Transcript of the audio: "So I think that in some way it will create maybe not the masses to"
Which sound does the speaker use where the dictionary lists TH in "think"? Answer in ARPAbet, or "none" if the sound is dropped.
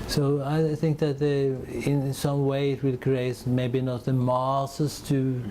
TH